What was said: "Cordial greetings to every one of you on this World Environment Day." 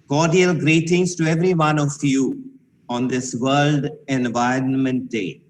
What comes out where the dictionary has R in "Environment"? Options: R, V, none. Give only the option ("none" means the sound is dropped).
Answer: R